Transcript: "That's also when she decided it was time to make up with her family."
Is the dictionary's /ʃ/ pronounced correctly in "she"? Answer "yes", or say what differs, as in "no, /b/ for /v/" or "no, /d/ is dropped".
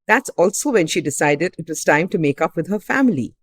yes